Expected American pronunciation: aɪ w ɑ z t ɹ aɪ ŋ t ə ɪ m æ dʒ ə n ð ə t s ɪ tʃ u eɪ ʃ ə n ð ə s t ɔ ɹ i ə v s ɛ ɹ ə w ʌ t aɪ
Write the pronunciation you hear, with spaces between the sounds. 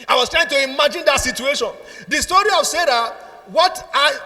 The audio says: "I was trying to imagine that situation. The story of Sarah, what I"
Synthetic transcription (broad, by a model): aɪ w ɑ s t ɹ aɪ ŋ t ə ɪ m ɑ dʒ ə n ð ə t s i tʃ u eɪ ʃ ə n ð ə s t ɔ ɹ i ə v s ɛ ɹ ə w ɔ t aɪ